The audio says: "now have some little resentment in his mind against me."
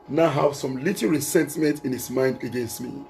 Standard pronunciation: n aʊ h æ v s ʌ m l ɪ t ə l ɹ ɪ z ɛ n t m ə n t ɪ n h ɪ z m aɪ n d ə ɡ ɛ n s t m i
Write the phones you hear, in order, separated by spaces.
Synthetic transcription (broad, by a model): n aʊ h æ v s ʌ m l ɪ t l ɹ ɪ s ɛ n t m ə n t ɪ n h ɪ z m aɪ n d ə ɡ ɛ n s t m i